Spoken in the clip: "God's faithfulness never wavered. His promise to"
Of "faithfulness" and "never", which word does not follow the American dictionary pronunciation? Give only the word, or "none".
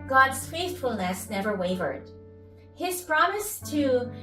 none